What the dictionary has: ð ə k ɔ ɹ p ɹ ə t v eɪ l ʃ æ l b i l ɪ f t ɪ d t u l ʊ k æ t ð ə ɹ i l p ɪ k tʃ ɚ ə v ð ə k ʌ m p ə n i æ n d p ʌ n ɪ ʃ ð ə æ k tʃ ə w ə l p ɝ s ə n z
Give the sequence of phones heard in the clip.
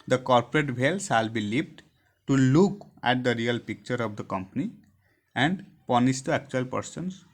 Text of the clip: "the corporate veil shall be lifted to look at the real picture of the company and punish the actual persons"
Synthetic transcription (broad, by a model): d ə k ɔ ɹ p ɹ ə t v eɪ l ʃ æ l b i l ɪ p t t u l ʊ k æ t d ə ɹ i l p ɪ k tʃ ɚ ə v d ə k ʌ m p ə n i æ n d p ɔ n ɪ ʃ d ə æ k tʃ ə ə l p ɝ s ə n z